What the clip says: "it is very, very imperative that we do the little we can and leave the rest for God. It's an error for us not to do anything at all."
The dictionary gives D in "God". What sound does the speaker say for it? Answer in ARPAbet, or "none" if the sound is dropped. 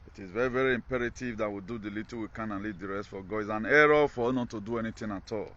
none